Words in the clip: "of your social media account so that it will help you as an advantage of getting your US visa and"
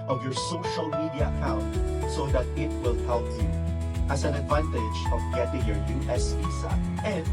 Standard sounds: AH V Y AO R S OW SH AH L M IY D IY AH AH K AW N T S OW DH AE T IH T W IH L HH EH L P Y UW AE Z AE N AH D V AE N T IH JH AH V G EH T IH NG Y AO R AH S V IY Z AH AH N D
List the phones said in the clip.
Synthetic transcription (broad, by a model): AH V Y AO R S OW SH AH L M IY D IY AH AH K AW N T S OW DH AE T IH T W IH L HH EH L P Y UW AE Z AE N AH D V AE N T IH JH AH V G EH T IH NG Y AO R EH S P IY S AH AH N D